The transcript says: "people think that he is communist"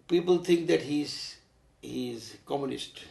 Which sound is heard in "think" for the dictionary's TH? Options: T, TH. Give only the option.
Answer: T